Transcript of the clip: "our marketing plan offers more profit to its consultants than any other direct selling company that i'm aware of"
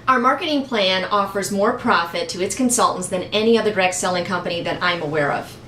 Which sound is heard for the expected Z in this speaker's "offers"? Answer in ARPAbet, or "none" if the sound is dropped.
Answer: Z